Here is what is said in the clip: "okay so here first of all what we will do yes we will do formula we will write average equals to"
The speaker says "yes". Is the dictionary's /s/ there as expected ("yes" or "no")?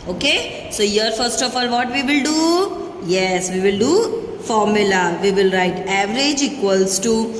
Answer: yes